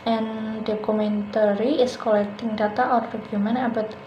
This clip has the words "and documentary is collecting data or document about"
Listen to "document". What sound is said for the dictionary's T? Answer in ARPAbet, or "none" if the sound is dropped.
none